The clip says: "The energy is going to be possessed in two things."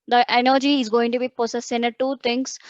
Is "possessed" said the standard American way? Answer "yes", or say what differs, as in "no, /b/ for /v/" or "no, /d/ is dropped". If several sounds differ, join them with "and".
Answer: no, /s/ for /z/ and /t/ is dropped